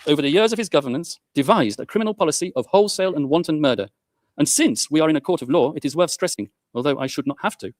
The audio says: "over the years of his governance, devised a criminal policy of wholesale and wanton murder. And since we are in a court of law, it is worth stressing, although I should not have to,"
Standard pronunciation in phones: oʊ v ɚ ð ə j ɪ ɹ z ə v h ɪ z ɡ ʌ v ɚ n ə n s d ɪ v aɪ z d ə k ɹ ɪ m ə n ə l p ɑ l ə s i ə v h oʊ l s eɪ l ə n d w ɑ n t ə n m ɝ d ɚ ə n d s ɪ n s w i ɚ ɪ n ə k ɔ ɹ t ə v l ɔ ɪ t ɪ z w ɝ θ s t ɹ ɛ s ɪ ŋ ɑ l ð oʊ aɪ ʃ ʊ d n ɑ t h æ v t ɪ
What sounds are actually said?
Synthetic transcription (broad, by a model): oʊ v ɚ ð ə j ɪ ɹ z ə v ɪ z ɡ ʌ v ɚ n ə n s d ɪ v aɪ z d ə k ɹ ɪ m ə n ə l p ɑ l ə s i ə v h oʊ l s eɪ l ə n w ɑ n t n m ɝ d ɚ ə n s ɪ n s w i ɚ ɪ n ə k ɔ ɹ t ə v l ɔ ɪ t ɪ z w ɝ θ s t ɹ ɛ s ɪ ŋ ɑ l ð oʊ aɪ ʃ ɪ d n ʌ t h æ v t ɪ